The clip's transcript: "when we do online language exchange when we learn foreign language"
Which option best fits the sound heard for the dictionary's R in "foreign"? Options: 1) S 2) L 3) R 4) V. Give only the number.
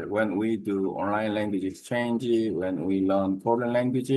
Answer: 2